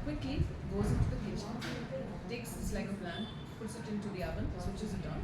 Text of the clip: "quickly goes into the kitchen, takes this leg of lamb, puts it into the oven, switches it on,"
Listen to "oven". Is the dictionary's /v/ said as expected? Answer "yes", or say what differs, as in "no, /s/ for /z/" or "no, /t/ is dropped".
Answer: no, /b/ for /v/